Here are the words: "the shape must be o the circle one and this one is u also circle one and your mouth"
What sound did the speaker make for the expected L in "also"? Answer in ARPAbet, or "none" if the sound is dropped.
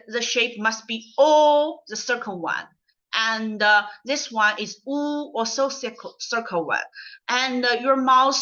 none